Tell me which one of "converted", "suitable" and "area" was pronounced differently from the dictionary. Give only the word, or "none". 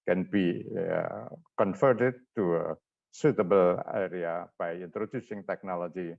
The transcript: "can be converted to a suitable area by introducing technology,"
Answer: converted